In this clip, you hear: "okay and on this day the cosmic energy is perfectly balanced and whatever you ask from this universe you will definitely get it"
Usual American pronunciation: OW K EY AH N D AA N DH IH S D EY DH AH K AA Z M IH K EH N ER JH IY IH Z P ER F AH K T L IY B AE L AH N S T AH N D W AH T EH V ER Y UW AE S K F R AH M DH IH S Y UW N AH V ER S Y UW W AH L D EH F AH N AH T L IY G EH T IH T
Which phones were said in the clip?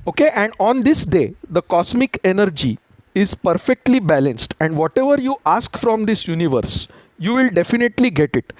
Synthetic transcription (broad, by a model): OW K EY AH N D AA N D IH S D EY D AH K AA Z M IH K EH N ER JH IY IH Z P ER F AH K T L IY B AE L AH N S T AH N D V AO T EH V ER Y UW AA S K F R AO M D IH S Y UW N AH V ER S Y UW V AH L D EH F AH N AH T L IY G EH T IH T